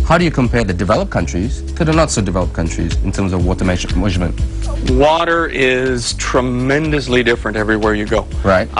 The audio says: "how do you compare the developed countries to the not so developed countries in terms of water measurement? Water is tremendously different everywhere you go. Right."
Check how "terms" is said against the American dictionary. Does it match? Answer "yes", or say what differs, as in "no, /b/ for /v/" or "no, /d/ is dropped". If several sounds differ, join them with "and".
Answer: yes